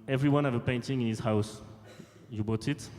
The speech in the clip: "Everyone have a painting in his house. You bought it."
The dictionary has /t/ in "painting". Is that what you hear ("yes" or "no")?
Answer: yes